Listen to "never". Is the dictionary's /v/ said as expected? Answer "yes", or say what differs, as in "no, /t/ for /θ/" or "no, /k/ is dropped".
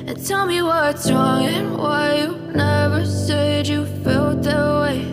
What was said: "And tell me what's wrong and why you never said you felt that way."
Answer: yes